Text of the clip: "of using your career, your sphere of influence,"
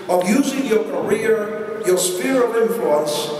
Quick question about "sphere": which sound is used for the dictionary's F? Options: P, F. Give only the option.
P